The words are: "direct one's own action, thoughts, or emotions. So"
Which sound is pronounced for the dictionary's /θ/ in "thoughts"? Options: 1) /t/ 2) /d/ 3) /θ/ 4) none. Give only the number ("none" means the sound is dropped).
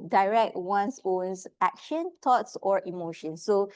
1